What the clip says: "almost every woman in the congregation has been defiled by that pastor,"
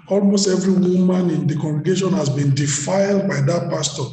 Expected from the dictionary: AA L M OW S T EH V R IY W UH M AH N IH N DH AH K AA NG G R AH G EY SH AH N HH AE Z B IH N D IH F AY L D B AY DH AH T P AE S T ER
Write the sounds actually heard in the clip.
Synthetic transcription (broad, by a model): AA L M OW S T EH V R IY W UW M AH N IH N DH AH K AA NG G R AH G EY SH AH N HH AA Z B IH N D IH F AY L D B AY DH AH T P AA S T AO